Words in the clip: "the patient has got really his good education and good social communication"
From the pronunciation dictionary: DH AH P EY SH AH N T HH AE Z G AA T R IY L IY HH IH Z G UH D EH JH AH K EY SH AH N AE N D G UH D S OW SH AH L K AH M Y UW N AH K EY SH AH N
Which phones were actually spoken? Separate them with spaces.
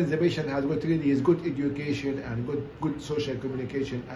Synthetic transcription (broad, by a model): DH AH B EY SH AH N HH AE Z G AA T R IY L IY HH IH Z G UH D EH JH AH K EY SH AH N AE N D G UH D S OW SH AH L K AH M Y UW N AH K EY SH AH N